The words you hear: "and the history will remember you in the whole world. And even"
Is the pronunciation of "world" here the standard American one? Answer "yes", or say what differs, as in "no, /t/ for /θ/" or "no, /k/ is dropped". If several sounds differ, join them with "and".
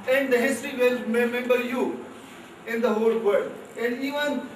no, /l/ is dropped